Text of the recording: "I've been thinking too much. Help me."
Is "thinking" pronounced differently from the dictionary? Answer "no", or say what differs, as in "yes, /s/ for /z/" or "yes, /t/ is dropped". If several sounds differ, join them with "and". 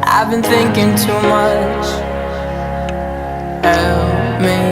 no